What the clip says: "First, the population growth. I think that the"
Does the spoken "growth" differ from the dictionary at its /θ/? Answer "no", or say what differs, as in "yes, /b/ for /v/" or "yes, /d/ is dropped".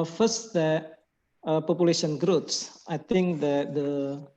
yes, /s/ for /θ/